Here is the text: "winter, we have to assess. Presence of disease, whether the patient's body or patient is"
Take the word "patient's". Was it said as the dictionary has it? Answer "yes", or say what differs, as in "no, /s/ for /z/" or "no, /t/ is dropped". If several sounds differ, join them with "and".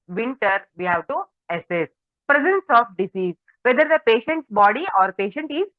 yes